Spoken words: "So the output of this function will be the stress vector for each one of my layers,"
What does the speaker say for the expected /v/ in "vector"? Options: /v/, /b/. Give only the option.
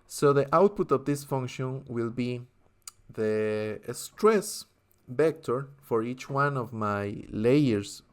/b/